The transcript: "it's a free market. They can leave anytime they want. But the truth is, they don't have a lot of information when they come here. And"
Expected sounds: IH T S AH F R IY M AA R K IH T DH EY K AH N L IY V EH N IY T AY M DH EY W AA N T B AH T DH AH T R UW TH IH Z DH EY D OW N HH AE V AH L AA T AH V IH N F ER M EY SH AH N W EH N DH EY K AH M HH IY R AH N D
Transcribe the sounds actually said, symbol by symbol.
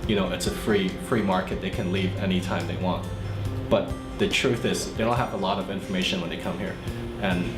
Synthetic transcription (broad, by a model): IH T S AH F R IY M AA R K IH T DH EY K AH N L IY V EH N IY T AY M DH EY W AA N T B AH T DH AH T R UW TH IH Z DH EY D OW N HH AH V AH L AA T AH V IH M F ER M EY SH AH N W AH N DH EY K AH M HH IY R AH N